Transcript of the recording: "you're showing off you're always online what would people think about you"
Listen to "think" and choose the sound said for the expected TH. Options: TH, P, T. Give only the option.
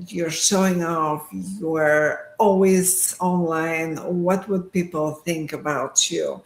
TH